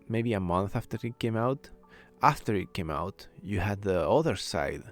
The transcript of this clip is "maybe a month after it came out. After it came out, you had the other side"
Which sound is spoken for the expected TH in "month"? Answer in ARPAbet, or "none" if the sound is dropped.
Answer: TH